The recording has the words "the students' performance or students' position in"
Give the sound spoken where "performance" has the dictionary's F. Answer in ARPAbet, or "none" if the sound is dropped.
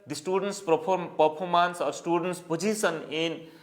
P